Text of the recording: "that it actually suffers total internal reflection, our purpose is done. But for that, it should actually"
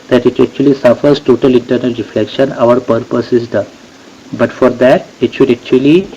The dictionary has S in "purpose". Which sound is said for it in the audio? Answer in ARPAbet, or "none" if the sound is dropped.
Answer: S